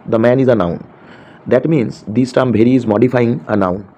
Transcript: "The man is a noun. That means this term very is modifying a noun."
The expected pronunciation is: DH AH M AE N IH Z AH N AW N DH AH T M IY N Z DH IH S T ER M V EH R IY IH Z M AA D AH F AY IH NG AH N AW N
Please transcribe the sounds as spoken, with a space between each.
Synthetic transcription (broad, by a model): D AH M AE N IH Z AH N AW N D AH T M IY N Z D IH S T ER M B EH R IY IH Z M AA D AH F AY IH NG AH N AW N